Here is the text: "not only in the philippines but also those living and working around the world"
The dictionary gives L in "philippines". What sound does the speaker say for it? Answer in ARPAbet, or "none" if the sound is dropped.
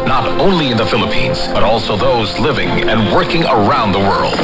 L